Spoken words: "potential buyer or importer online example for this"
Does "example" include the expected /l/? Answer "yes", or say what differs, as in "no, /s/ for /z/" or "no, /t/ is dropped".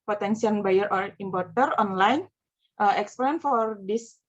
no, /n/ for /l/